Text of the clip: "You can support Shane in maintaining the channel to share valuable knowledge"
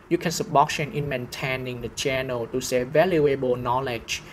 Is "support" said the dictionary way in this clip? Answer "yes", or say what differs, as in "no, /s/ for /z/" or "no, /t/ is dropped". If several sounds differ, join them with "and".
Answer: no, /b/ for /p/